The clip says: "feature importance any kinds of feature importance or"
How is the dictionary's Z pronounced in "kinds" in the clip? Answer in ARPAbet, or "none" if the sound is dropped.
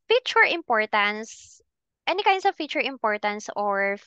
S